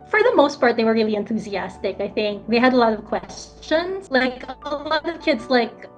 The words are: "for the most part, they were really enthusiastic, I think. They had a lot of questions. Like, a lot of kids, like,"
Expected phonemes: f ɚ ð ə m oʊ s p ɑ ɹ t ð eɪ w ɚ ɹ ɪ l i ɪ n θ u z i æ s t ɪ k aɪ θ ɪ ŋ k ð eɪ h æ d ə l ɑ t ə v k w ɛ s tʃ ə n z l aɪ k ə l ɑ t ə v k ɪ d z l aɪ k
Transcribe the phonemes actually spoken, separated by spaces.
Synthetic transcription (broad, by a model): f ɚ ð ə m oʊ s p ɑ ɹ t ð eɪ w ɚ ɹ ɪ l i ɪ n θ u z i æ s t ɪ k aɪ θ ɪ ŋ k ð eɪ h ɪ d ə l ɑ t ə v k w ɛ s tʃ ə n z l aɪ k ə l ɑ t ə v k ɪ d z l aɪ k